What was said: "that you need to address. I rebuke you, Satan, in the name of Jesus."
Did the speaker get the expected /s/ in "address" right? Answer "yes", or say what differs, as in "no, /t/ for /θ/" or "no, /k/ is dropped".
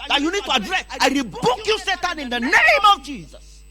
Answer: no, /s/ is dropped